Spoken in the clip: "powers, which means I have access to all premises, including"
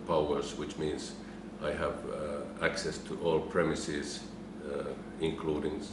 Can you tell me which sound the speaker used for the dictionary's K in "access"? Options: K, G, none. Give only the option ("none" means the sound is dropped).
K